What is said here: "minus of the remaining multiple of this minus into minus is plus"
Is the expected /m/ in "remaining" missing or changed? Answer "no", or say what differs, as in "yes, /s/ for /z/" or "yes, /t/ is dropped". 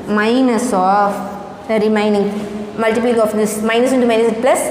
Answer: yes, /m/ is dropped